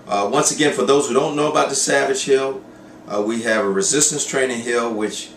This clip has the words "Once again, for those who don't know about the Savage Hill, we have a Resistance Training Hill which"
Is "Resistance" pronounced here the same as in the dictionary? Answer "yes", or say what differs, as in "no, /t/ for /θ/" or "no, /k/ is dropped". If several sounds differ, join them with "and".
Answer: yes